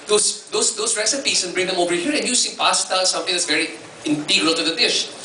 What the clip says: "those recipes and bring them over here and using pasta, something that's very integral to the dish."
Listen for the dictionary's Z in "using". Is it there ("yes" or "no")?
no